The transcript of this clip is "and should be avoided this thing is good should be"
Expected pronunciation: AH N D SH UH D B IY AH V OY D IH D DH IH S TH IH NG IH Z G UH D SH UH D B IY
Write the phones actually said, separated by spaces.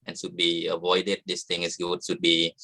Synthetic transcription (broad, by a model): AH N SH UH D B IY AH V OY D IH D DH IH S T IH NG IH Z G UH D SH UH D B IY